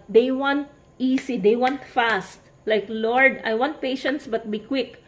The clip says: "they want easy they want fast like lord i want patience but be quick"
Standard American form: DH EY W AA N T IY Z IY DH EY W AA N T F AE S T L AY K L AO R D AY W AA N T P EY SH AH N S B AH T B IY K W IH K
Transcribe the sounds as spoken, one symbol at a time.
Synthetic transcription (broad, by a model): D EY W AA N T IY S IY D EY W AA N T F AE S T L AY K L AO R D AY W AA N T P EY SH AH N S B AH T B IY K W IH K